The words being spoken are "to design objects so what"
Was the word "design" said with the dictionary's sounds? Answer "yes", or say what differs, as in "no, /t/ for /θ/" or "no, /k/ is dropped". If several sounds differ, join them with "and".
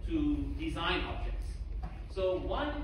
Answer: yes